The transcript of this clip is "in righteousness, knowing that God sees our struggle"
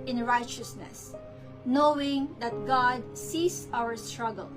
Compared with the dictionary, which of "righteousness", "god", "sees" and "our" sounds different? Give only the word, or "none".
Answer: sees